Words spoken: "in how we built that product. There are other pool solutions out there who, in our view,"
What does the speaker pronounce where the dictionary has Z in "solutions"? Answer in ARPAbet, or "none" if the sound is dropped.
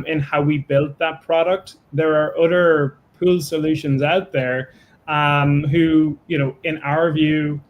Z